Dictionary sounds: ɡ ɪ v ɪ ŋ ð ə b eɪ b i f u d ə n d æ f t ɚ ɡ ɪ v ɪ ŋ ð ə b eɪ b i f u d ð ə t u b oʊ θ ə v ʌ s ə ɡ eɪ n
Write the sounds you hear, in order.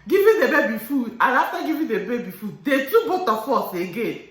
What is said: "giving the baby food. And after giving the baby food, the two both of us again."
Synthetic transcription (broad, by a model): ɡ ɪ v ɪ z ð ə b eɪ b i f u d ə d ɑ t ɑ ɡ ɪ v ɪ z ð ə b eɪ b i f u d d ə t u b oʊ t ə f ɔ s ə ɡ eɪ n